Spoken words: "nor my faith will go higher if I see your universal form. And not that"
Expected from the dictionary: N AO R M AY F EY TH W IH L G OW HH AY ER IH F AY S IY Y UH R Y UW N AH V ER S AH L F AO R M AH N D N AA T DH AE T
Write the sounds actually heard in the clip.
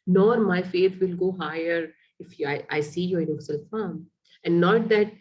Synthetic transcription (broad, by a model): N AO R M AY F EY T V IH L G OW HH AY ER IH F AY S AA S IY Y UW AH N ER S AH L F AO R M AH N D N AA T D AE T